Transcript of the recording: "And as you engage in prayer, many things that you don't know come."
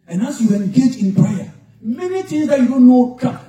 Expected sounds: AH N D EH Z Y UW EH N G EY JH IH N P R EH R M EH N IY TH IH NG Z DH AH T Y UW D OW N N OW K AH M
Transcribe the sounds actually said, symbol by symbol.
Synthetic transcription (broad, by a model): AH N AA S Y UW EH N G EY JH IH N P R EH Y M EH N IY T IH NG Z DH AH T Y UW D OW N N OW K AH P